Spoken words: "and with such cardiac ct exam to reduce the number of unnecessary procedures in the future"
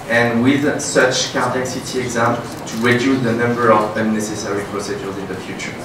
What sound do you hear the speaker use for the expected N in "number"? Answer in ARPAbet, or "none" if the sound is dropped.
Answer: N